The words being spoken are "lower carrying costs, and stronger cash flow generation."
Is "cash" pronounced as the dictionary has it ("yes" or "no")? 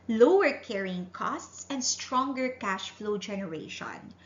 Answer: yes